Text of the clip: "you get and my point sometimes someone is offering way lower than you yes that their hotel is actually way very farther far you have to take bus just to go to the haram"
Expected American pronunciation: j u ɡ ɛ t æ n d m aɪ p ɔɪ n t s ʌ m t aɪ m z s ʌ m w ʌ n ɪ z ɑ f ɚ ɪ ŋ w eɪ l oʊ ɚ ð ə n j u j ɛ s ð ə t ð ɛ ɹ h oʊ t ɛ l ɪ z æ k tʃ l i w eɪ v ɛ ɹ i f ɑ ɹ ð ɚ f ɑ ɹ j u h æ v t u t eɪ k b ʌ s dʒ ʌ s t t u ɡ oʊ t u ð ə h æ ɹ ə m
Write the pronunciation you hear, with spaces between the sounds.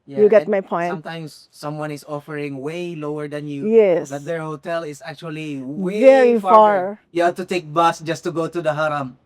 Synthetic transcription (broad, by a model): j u ɡ ɛ t m aɪ p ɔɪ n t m t aɪ m s ʌ m w ʌ n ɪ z ɑ f ɚ ɪ ŋ w eɪ l oʊ ɚ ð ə n j u j ɛ s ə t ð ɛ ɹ h oʊ t ɛ l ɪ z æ k tʃ i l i v ɛ ɹ i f f ɑ ɹ j u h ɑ t u t eɪ k b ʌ s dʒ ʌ s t t u ɡ oʊ t u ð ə h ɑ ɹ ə m